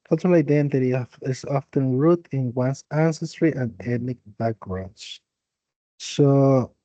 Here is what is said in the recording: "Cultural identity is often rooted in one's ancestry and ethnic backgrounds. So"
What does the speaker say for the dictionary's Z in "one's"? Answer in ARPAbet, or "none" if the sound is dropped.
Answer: S